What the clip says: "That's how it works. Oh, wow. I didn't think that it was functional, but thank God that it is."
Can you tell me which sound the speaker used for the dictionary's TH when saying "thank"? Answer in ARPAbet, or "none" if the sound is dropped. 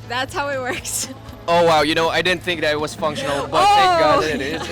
T